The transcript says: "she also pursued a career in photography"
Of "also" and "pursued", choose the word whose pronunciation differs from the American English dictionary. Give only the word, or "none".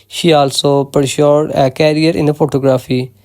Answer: pursued